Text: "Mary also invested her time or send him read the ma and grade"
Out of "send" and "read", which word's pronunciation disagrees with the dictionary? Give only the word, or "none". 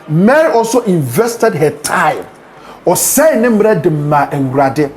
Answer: send